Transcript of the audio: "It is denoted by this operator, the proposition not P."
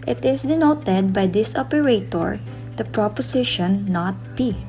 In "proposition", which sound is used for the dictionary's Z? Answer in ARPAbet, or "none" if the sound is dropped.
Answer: S